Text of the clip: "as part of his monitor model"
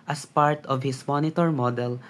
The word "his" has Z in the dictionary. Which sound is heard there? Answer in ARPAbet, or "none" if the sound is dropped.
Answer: S